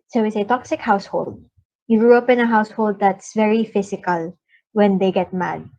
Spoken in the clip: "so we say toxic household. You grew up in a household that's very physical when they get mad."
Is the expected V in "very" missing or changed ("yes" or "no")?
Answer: no